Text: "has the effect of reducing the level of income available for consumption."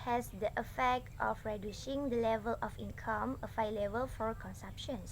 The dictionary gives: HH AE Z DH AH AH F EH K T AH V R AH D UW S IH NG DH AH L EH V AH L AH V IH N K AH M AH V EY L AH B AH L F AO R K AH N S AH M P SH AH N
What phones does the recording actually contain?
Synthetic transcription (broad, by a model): HH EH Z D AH AH F EH K T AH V R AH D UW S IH NG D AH L EH V AH L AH F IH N K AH M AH F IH L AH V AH L F AO R K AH N S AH M P SH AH N